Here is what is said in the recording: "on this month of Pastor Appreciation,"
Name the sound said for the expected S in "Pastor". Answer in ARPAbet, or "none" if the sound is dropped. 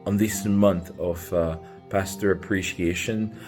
S